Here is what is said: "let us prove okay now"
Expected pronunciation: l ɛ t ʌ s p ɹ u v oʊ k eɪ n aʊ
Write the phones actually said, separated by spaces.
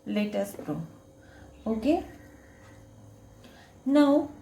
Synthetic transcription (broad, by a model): l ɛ t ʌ s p ɹ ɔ oʊ k eɪ n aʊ